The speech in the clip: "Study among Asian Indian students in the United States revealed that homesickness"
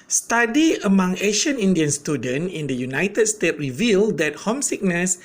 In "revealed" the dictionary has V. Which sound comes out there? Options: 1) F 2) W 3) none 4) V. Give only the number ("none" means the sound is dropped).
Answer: 4